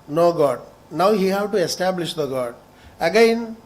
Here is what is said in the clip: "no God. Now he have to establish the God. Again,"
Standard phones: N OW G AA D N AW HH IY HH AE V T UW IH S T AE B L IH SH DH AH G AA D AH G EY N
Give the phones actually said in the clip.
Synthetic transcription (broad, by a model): N OW G AA D N AW HH IY HH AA W T UW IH S T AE B L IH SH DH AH G AA D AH G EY N